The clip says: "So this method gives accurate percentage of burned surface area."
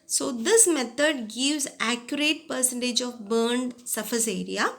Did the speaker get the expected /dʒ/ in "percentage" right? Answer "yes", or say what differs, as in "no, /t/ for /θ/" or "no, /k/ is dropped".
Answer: yes